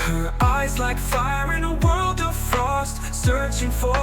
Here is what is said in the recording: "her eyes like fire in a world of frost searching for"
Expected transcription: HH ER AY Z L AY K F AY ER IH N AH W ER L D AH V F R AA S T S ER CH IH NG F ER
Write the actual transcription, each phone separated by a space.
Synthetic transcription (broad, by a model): HH ER AY Z L AY K F AY ER IH N AH W ER L D AH V F R AA S T S ER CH IH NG F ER